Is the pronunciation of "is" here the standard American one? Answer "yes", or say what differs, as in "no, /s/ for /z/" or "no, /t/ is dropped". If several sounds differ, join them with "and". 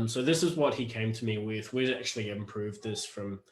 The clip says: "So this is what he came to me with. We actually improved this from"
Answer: yes